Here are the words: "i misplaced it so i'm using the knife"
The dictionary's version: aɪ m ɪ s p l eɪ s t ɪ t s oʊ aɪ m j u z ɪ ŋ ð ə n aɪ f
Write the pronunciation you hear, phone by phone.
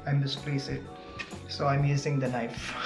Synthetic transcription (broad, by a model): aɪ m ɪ s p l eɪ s ɪ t s oʊ aɪ m j u z ɪ ŋ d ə n aɪ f